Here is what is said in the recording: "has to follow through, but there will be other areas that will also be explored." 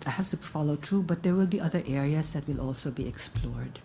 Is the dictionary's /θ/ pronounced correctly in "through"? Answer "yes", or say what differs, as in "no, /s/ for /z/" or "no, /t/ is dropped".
no, /t/ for /θ/